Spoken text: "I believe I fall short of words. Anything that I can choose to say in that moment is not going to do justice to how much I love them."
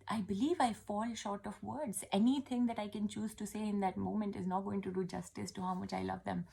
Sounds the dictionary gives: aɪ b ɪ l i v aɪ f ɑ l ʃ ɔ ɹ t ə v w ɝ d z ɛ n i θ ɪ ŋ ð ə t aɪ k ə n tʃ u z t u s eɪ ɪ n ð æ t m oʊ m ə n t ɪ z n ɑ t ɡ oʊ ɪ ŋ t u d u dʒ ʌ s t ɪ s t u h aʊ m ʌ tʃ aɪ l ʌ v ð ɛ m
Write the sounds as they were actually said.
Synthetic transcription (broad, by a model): aɪ b ɪ l i v aɪ f ɑ l ʃ ɔ ɹ t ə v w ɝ d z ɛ n i t ɪ ŋ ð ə t aɪ k ə n tʃ u z t u s eɪ ɪ n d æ t m oʊ m ə n t ɪ z n ɑ t ɡ oʊ ɪ ŋ t u d u dʒ ʌ s t ɪ s t u h aʊ m ʌ tʃ aɪ l ʌ v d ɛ m